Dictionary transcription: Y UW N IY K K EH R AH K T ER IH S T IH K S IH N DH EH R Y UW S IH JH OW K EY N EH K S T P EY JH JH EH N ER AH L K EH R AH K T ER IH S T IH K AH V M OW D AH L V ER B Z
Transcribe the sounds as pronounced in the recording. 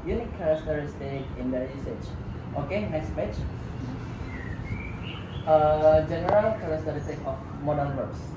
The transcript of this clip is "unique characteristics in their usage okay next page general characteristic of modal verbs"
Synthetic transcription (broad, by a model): Y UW N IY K K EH R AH K T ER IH S T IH K IH N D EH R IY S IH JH OW K EY N EH K S T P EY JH JH EH N ER AH L K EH R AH K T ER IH S T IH K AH F M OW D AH N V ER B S